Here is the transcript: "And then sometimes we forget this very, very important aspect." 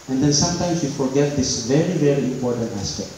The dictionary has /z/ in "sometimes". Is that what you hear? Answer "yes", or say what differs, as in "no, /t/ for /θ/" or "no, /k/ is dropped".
no, /s/ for /z/